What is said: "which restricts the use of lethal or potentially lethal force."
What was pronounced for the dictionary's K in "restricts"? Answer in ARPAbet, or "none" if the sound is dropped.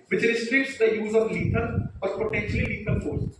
none